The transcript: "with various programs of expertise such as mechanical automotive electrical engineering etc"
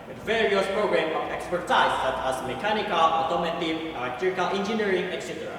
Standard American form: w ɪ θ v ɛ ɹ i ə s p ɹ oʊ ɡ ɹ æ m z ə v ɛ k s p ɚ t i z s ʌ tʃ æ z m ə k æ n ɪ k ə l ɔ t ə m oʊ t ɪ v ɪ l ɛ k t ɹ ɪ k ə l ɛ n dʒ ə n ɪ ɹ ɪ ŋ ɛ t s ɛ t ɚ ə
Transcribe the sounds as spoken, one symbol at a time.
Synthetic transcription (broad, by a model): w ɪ v ɛ ɹ i ə s p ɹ oʊ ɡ ɹ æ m ə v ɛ k s p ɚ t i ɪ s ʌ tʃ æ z m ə k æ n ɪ k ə l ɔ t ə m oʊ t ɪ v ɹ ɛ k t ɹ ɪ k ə l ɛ n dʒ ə n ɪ ɹ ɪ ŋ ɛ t s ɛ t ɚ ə